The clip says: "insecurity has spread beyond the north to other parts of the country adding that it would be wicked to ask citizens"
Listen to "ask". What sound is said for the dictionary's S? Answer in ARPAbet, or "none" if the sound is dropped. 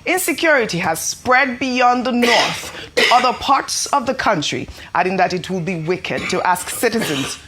S